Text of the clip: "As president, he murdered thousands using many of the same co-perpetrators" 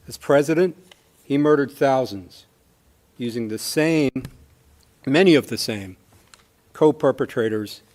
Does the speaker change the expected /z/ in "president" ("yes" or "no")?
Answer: no